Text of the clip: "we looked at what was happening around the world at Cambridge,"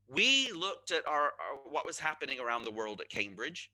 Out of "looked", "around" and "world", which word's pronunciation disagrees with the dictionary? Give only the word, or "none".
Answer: none